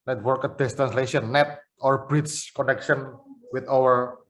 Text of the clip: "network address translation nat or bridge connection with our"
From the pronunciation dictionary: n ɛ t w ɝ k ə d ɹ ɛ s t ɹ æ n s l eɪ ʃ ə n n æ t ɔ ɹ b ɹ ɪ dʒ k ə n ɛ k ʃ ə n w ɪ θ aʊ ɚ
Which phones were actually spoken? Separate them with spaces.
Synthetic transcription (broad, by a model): n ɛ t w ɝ k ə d ɛ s t ɹ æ n s l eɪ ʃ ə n n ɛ t ɔ ɹ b ɹ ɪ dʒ k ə n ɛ k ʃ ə n w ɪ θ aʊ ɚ